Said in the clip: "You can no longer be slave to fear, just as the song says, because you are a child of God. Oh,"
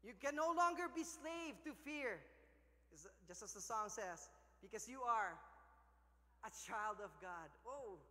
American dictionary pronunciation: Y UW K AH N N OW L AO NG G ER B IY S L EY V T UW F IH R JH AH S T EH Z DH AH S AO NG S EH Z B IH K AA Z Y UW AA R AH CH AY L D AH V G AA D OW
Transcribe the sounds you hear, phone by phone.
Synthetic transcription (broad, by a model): Y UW K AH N N OW L AO NG G ER B IY S L EY V T UW F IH R JH AH S T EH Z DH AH S AO NG S EH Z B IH K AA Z Y UW AA R AH CH AY L D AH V G AA D OW